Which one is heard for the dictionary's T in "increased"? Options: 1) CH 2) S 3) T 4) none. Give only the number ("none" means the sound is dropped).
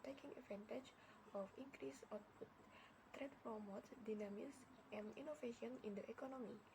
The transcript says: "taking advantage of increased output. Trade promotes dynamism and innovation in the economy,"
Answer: 4